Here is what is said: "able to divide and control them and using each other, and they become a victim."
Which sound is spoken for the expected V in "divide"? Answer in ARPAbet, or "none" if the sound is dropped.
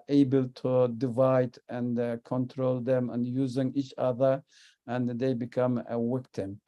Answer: V